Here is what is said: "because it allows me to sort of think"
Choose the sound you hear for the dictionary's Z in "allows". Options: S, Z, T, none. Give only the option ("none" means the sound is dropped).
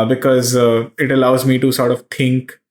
Z